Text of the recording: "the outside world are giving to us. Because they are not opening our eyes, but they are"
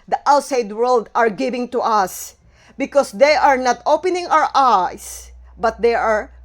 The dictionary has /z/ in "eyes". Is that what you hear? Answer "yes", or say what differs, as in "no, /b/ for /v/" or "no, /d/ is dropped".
no, /s/ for /z/